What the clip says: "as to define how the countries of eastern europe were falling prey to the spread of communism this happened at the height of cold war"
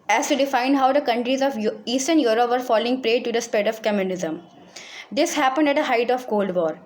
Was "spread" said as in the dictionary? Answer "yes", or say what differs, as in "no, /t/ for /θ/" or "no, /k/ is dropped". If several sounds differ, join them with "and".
no, /ɹ/ is dropped